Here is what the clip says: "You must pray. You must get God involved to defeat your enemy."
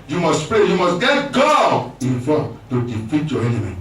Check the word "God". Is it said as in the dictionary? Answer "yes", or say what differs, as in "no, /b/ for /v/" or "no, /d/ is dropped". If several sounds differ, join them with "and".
no, /d/ is dropped